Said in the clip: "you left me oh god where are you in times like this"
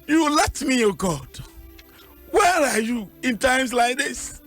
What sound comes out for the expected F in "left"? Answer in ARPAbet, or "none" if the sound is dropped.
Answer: none